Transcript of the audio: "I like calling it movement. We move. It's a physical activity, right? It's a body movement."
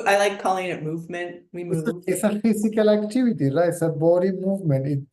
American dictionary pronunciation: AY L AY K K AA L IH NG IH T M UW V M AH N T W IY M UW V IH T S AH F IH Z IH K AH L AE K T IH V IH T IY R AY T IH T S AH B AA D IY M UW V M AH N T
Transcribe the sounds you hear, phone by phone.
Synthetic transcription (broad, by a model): AY L AY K K AA L IH NG IH T M UW V M AH N T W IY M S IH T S AH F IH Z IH K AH L AE K T IH V IH T IY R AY IH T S AH B AA D IY M UW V M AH N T